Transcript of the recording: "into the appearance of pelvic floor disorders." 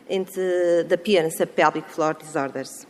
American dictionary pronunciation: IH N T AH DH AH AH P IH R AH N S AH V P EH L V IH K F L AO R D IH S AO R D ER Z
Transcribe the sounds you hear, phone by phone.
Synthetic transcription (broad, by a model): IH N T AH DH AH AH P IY AH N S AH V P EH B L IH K F L AO R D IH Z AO R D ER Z